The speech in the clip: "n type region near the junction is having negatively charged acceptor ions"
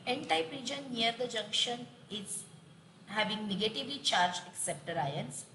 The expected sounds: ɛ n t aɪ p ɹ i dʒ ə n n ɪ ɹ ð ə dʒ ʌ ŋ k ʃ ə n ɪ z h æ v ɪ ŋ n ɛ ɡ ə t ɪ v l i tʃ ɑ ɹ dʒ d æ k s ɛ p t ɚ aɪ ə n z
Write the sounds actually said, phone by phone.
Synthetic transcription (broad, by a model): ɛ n t aɪ p ɹ i dʒ ə n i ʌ ɹ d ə dʒ ʌ ŋ k ʃ ə n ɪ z h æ v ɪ ŋ n ɛ ɡ ə t ɪ v l i tʃ ɑ ɹ dʒ æ k s ɛ p t ɚ aɪ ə n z